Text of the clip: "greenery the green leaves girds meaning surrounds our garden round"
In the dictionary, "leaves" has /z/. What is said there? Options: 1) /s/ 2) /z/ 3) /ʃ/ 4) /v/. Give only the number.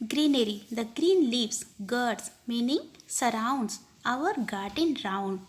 1